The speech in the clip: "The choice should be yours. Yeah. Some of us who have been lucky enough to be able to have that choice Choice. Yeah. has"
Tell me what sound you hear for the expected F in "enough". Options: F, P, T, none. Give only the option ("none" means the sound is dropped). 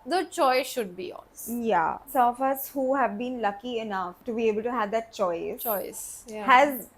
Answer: F